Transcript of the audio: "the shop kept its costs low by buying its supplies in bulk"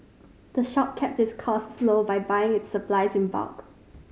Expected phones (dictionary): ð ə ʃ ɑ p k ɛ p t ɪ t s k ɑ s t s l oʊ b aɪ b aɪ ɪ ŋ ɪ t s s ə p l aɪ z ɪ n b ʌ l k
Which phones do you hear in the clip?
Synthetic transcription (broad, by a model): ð ə ʃ ɑ p k ɛ p t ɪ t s k ɑ s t s l oʊ b aɪ b aɪ ɪ ŋ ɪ t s s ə p l aɪ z ɪ n b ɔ k